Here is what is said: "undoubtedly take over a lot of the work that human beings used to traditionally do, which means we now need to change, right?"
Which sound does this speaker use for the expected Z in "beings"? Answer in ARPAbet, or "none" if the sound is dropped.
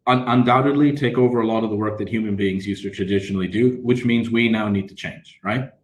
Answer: Z